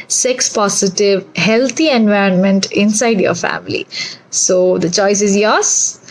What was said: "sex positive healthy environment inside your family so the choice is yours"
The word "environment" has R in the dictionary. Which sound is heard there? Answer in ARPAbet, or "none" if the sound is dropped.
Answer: R